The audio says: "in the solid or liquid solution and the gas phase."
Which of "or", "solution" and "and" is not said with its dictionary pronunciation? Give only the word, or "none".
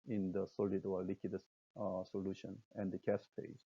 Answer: or